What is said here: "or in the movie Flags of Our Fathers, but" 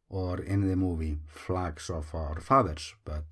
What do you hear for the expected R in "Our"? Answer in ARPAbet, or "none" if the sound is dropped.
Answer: R